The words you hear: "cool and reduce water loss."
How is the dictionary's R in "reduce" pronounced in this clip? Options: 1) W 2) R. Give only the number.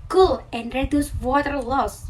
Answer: 2